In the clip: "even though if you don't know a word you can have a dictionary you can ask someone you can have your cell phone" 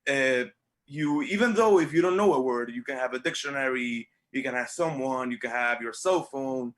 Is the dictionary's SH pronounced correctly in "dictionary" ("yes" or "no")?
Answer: yes